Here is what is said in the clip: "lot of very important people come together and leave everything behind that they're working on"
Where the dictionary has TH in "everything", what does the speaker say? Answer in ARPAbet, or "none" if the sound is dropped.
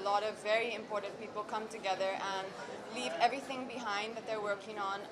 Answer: TH